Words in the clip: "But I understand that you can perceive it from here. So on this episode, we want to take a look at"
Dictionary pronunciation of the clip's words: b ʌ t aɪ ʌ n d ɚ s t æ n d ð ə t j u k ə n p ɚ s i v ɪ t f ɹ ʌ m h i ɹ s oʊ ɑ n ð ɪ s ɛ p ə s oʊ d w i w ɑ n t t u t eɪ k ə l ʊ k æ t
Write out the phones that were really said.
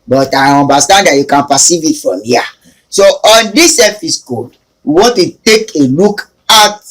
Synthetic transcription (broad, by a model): b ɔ t aɪ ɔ n d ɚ s t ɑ n d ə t j u k ə n p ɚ s i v ɪ t f ɹ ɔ m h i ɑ s oʊ ɑ n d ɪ s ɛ f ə s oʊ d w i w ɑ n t t u t eɪ k ə l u k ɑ t